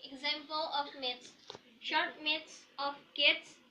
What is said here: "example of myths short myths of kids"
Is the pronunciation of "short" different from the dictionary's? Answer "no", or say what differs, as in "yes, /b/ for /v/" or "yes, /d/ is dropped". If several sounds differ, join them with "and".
no